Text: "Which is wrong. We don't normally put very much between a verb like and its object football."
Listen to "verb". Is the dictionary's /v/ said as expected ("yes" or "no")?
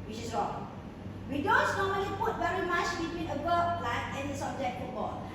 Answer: no